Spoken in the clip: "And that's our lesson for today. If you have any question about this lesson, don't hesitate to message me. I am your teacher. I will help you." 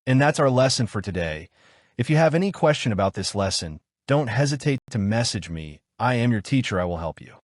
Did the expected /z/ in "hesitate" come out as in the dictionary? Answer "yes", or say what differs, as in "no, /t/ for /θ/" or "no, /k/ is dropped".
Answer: yes